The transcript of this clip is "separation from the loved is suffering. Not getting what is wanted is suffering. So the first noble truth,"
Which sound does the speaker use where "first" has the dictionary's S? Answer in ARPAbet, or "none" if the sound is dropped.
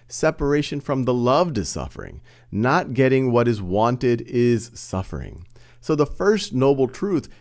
S